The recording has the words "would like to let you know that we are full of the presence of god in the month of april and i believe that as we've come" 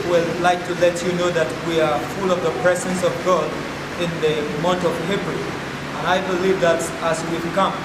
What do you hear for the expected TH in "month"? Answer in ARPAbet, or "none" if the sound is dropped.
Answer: T